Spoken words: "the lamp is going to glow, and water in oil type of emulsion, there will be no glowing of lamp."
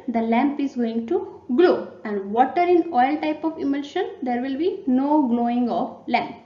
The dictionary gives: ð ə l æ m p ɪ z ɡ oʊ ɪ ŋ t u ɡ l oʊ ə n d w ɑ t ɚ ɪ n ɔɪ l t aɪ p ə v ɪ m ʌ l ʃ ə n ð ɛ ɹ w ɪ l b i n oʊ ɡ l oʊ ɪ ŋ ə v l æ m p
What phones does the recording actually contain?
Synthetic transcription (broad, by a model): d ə l æ m p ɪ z ɡ oʊ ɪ ŋ t u ɡ l oʊ ə n d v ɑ t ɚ ɪ n ɔɪ l t aɪ p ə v ɪ m ʌ l ʃ ə n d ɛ ɹ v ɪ l b i n oʊ ɡ l oʊ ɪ ŋ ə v l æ m p